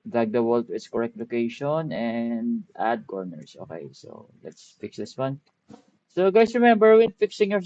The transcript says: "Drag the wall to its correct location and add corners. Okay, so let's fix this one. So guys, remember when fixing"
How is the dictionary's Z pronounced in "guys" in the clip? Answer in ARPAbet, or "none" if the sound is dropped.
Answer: S